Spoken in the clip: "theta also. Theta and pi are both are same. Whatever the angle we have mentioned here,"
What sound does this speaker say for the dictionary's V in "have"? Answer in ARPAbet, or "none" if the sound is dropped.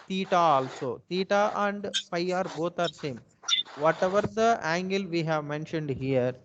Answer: V